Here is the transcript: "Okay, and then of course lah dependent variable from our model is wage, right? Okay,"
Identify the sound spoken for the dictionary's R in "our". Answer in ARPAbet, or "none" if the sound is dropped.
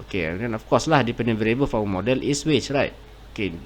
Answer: W